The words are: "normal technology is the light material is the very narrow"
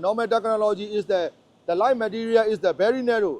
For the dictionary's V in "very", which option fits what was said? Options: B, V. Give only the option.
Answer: B